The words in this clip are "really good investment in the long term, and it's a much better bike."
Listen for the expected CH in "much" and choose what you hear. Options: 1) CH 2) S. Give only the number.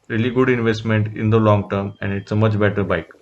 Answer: 1